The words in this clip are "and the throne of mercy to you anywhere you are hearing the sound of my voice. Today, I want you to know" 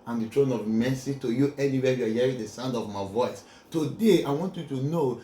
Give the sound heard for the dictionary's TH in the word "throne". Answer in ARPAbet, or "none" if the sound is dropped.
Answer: T